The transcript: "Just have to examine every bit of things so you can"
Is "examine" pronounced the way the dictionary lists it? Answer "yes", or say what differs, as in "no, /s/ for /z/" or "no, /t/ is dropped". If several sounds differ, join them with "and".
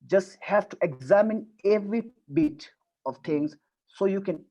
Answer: yes